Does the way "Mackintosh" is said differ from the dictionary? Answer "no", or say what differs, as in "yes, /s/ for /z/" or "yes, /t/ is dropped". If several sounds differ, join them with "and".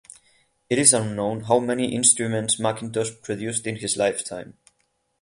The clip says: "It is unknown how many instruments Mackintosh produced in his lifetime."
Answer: yes, /s/ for /ʃ/